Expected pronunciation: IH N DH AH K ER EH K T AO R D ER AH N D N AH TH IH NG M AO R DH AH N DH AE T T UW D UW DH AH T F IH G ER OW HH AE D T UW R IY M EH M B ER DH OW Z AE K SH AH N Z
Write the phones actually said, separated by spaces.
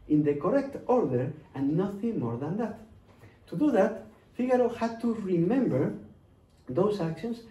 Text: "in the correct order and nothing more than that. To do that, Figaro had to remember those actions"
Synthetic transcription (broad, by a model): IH N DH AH K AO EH K T AO R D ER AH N N AH TH IH NG M AO R DH AH N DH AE T T UW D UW DH AH T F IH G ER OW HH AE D T UW R IY M EH M B ER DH OW S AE K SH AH N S